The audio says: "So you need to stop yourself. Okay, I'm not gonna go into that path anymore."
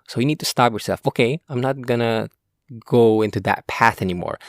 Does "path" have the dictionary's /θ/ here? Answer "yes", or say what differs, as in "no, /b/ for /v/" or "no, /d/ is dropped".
yes